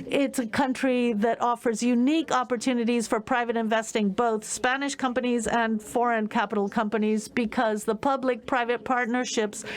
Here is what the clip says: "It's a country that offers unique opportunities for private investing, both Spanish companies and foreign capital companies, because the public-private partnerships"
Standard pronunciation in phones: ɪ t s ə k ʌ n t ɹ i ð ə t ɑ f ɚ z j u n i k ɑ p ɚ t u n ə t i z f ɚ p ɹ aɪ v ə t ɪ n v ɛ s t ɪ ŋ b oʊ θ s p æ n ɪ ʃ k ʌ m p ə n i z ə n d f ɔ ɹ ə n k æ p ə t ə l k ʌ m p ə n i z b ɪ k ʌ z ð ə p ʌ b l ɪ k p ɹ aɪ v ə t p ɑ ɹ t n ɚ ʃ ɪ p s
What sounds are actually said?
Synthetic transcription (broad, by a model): ɪ t s ə k ʌ n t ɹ i ð ə t ɑ f ɚ z j u n i k ɑ p ɚ t u n ə t i z f ɚ p ɹ aɪ v ə t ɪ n v ɛ s t ɪ ŋ b oʊ θ s p æ n ɪ ʃ k ʌ m p ə n i z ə n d f ɔ ɹ ə n k æ p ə t l k ʌ m p ə n i z b ɪ k ʌ z ð ə p ʌ b l ɪ k p ɹ aɪ v ə t p ɑ ɹ t n ɚ ʃ ɪ p s